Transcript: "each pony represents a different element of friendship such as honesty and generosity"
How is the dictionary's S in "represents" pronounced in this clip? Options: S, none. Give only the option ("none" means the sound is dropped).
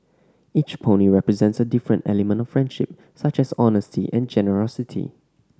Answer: S